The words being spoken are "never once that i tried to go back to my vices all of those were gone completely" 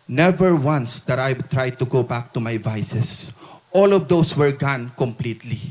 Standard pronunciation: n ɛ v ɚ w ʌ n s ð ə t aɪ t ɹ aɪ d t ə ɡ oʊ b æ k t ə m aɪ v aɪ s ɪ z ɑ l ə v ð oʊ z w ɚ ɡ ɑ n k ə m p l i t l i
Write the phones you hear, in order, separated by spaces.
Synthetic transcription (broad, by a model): n ɛ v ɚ w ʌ n s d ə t aɪ t ɹ aɪ d t ə ɡ oʊ b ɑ k t ə m aɪ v aɪ s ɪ s ɑ l ə v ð oʊ s w ɚ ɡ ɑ n k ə m p l i t l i